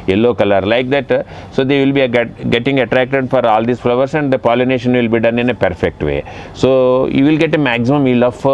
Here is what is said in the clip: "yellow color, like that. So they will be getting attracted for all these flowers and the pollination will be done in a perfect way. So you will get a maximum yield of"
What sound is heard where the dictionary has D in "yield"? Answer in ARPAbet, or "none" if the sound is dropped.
none